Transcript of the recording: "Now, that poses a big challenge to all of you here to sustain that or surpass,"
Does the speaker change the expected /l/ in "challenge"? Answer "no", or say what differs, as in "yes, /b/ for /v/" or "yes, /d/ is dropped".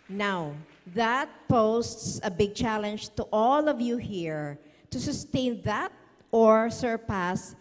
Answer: no